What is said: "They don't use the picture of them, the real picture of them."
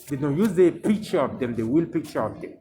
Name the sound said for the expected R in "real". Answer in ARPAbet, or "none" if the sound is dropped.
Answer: W